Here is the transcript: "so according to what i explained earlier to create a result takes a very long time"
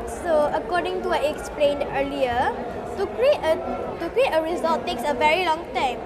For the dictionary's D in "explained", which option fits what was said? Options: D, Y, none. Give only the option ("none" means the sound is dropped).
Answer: D